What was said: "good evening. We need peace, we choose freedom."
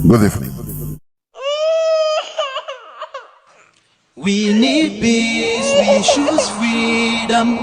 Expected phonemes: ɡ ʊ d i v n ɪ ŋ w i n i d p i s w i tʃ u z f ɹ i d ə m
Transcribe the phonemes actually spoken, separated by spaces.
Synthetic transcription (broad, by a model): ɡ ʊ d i f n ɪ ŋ w i n i d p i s w i ʃ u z f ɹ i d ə m